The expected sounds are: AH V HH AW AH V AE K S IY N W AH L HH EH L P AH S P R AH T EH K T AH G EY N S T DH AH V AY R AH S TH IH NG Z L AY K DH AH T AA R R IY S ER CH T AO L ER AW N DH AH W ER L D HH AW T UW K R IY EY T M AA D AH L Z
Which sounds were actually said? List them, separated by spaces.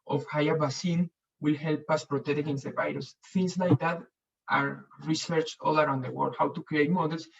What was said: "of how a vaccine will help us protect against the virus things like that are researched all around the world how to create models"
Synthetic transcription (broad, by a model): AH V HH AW AH B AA S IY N W AH L HH EH L P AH S P R AH T EH K T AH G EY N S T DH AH V AY R AH S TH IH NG S L AY K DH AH T AA R R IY S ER CH AO L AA AW N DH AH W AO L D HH AW T UW K R IY EY T M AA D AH L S